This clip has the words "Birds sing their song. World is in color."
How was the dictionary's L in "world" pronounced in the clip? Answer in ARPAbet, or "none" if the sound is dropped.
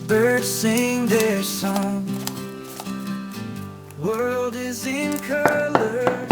L